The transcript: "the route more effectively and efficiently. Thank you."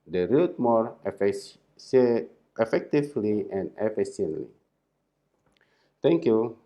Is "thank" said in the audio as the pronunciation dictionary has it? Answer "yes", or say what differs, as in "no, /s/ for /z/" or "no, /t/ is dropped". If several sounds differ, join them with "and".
no, /t/ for /θ/